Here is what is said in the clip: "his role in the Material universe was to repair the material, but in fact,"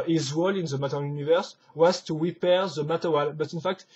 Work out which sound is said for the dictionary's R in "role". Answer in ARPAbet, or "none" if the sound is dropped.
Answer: W